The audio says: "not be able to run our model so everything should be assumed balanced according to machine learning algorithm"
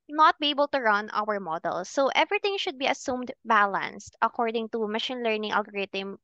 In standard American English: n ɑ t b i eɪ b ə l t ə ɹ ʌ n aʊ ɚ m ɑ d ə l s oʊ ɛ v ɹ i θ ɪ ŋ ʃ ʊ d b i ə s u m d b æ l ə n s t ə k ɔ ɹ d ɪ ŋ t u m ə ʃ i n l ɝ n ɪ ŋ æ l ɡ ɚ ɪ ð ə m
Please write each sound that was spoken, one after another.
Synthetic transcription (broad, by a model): n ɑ t b i eɪ b ə l t ə ɹ ʌ n aʊ ɚ m ɑ d ə l s oʊ ɛ v ɹ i t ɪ ŋ ʃ ʊ d b i ə s u m d b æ l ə n s t ə k ɔ ɹ d ɪ ŋ t u m ə ʃ i n l ɝ n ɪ ŋ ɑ l ɡ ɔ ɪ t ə m